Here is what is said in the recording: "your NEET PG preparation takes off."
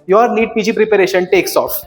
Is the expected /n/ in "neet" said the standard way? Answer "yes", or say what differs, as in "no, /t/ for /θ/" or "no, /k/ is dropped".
no, /l/ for /n/